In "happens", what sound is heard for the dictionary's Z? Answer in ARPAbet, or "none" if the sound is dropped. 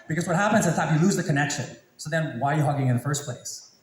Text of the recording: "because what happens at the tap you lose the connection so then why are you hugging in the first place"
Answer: Z